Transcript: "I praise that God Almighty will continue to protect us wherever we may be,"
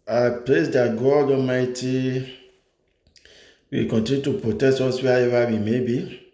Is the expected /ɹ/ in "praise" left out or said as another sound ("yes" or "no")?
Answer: yes